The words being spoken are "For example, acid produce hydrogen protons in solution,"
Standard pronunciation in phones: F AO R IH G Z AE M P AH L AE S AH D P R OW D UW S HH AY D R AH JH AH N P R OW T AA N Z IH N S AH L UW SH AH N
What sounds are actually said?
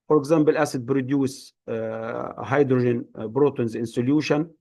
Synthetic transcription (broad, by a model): F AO R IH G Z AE M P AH L AE S AH D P R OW D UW S HH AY D R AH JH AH N B R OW T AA N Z IH N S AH L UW SH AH N